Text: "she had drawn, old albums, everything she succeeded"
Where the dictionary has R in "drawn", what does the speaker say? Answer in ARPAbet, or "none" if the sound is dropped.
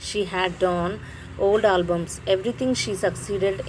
none